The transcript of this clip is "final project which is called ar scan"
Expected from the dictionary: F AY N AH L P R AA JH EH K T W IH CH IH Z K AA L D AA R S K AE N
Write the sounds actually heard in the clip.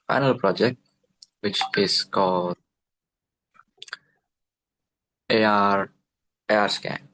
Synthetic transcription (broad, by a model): F AY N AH L P R AA JH EH K T W IH CH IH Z K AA L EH AA R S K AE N